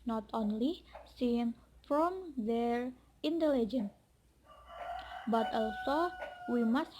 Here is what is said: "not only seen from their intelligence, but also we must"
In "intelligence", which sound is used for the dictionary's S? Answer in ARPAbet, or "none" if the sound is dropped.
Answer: none